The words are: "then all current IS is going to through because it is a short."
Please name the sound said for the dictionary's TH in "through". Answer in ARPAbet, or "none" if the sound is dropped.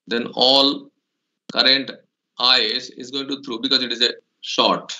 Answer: T